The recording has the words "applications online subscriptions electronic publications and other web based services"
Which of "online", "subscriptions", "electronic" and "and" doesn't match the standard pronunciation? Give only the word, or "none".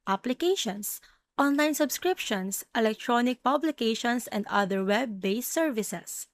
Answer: subscriptions